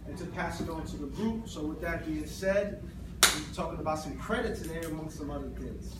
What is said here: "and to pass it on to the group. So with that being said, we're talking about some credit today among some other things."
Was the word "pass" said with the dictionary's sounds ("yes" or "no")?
yes